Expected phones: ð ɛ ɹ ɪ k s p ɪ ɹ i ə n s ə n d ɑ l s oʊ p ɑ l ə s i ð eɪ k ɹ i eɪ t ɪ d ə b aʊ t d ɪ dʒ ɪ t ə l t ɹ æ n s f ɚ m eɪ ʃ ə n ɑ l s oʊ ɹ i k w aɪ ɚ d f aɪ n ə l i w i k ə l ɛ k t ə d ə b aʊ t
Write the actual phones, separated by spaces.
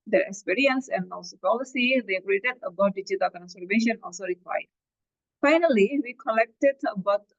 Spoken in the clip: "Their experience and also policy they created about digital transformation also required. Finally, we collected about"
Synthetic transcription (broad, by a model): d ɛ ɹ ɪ k s p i ɹ i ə n s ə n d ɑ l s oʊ p ɑ l ə s i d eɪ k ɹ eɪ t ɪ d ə b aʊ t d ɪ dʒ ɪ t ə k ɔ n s ɚ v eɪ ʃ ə n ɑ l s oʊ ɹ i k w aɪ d f aɪ n ə l i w i k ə l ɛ k t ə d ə b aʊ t